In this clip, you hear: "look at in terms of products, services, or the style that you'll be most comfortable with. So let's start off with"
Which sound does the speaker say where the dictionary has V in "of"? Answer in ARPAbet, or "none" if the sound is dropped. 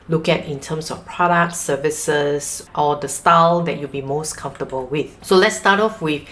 F